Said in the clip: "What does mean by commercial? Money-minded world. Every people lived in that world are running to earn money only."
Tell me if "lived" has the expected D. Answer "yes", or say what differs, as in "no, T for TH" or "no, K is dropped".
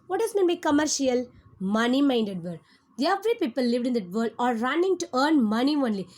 yes